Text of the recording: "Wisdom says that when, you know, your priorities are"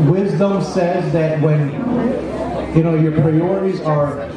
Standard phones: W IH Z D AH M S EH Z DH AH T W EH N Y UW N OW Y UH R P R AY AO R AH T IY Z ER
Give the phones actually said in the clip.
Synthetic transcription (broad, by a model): W IH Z D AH M S EH Z DH AH T W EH N Y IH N OW Y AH R P R AY AO R AH T IY Z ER